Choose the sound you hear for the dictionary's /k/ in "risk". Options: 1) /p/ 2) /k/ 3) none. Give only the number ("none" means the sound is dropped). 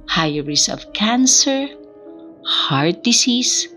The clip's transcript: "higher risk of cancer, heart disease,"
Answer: 3